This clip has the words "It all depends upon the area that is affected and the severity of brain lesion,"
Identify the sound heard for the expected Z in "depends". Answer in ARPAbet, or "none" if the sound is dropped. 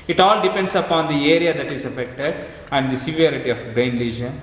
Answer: S